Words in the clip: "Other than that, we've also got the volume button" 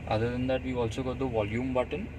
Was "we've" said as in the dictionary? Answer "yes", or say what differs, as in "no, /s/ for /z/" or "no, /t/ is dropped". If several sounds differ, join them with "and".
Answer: no, /v/ is dropped